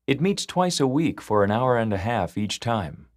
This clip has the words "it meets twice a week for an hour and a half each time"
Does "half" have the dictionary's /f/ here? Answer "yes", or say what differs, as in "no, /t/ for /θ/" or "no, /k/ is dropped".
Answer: yes